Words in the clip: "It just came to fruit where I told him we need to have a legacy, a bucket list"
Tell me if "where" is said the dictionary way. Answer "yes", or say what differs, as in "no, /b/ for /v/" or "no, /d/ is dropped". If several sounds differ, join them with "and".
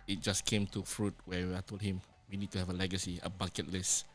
no, /w/ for /ɹ/